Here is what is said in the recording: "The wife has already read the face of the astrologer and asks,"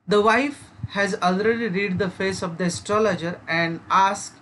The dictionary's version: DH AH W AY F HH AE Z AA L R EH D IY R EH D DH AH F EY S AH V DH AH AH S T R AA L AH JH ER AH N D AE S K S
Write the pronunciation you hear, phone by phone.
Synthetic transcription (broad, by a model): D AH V AY F HH AE Z AA L R EH D IY R EH D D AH F EY S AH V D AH AH S T R AA L AH JH ER AH N D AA S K